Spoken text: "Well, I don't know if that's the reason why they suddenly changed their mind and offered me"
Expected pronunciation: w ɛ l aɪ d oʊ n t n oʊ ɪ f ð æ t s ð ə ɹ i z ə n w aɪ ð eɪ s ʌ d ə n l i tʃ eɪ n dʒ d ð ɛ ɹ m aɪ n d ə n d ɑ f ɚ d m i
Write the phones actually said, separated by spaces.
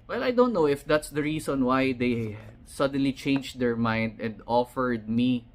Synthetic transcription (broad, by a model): w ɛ l aɪ d oʊ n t n oʊ ɪ f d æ t s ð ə ɹ i s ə n w aɪ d eɪ s ʌ d ə n l i tʃ eɪ n dʒ d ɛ ɹ m aɪ n d ə n d ɑ f ɚ d m i